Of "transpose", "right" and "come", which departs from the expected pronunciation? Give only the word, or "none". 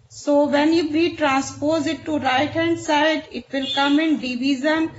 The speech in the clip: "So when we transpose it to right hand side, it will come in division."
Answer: none